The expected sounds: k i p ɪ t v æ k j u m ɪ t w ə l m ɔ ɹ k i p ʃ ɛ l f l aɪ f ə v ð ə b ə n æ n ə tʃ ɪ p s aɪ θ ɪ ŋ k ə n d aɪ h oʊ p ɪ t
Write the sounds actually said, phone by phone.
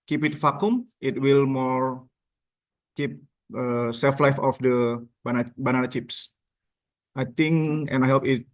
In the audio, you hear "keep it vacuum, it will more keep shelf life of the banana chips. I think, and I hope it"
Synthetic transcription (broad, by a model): k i p ɪ t f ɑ k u m ɪ t w ə l m ɔ ɹ k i p s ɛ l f l aɪ f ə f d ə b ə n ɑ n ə tʃ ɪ p s aɪ t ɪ ŋ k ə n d aɪ h oʊ p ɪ t